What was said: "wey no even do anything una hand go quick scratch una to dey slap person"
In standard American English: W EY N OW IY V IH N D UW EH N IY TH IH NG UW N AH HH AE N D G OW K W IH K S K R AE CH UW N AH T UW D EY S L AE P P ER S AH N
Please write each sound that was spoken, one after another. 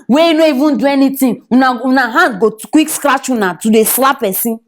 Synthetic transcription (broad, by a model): W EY N OW IY V IH N D UW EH N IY T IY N UW N AH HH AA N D G OW K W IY K S K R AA CH UW N AH T UW D EY S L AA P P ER S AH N